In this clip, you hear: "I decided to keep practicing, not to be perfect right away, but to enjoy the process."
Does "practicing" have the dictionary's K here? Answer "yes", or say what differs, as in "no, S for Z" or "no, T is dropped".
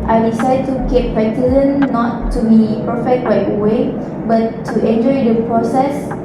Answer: no, K is dropped